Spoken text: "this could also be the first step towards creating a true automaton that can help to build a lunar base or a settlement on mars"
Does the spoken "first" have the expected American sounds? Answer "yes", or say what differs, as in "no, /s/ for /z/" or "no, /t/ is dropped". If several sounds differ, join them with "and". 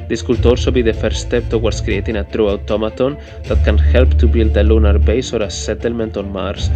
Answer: no, /s/ is dropped